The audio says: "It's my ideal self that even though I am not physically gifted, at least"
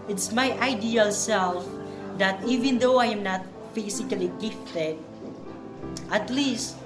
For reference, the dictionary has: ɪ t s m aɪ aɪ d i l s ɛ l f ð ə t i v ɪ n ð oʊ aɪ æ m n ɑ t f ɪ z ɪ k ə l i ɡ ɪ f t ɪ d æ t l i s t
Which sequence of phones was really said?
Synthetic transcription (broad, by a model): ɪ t s m aɪ aɪ d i l s ɛ l f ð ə t i v ɪ n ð oʊ aɪ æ m n ɑ t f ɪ s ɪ k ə l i ɡ ɪ f t ɪ d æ t l i s t